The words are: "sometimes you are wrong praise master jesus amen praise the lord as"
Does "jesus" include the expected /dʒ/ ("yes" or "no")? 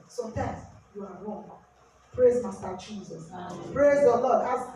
no